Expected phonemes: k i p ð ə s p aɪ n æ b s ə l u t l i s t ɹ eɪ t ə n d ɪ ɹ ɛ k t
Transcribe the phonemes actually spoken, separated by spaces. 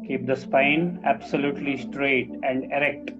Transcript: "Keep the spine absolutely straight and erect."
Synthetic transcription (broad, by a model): k i p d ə s p aɪ n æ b s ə l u t l i s t ɹ eɪ t ə n d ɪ ɹ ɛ k t